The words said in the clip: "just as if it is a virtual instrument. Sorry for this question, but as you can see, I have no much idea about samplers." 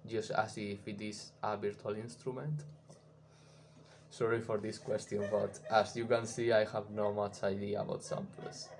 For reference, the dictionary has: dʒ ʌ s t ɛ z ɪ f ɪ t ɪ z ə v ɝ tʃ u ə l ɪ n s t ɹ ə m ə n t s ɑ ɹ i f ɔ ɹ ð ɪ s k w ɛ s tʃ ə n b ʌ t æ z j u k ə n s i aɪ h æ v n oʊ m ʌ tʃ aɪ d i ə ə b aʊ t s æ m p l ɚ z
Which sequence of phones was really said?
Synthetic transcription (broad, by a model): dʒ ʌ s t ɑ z ɪ f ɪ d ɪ s ə b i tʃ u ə l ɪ n s t ɹ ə m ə n t s ɑ ɹ i f ɔ ɹ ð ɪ s k w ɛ s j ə n b ʌ t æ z j u k ə n s i aɪ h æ v n oʊ m ʌ tʃ aɪ d i ə ə b aʊ t s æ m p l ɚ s